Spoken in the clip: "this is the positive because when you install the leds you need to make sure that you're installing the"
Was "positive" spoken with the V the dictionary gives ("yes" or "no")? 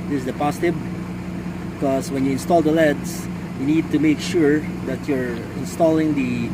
no